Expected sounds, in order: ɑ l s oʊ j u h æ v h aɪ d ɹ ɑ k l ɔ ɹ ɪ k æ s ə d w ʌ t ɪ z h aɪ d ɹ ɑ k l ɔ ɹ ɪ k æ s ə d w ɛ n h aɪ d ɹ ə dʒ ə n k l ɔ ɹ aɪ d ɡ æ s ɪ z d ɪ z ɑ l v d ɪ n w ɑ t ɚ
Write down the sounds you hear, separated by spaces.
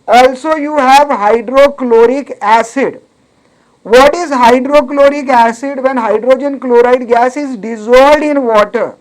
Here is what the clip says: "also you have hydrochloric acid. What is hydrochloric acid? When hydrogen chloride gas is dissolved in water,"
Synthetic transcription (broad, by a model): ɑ l s oʊ j u h æ v h aɪ d ɹ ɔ k l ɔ ɹ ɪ k æ s ə d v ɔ t ɪ z h aɪ d ɹ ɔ k l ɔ ɹ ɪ k æ s ə d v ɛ n h aɪ d ɹ ə dʒ ə n k l ɔ ɹ aɪ d ɡ æ s ɪ z d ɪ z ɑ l d ɪ n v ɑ t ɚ